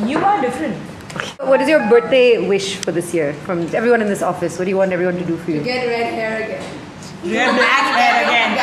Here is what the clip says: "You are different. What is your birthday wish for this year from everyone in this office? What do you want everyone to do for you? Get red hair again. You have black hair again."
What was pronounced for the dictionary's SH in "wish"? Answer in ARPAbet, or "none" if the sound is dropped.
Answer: SH